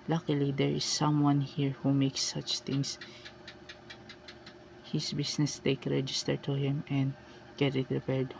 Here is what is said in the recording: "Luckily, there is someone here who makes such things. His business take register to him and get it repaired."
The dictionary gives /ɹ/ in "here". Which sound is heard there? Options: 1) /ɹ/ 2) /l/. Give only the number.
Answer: 1